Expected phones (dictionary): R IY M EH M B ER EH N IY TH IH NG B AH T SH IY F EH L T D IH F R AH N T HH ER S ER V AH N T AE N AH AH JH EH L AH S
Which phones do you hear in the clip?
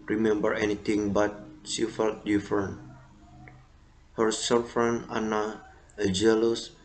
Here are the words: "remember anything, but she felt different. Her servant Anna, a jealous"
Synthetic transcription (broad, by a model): R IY M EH M B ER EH N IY T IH NG B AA T SH IY F EH L T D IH F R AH N HH ER S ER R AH N AA N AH AH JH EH L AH S